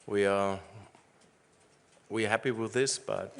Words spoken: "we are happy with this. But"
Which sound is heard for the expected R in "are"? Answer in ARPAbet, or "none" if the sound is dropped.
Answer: W